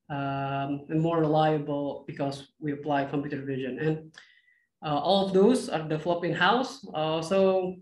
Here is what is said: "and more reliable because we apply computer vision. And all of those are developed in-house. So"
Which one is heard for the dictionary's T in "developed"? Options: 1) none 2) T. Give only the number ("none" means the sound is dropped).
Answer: 1